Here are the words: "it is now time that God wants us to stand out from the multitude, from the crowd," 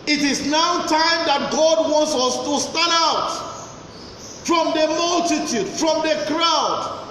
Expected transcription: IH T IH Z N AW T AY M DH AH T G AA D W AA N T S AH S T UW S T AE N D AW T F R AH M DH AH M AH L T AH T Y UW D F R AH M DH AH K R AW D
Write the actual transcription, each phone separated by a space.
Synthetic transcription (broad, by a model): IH T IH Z N AW T AY M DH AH T G AA D W AA N T S AH S T UW S T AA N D AW T F R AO M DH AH M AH L T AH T Y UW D F R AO M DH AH K R AW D